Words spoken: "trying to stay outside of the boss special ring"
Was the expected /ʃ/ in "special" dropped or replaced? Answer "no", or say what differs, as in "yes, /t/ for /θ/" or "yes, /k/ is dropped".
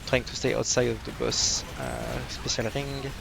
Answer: yes, /s/ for /ʃ/